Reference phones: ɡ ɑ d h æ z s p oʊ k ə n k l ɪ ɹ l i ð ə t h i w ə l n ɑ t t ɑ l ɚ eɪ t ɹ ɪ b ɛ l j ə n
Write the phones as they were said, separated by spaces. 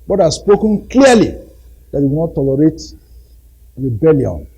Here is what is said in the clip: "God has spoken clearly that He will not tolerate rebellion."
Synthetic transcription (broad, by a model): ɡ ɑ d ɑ s p oʊ k ə n k l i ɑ l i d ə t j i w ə n ɑ t t ɑ l ɚ eɪ t ɹ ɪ b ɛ l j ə n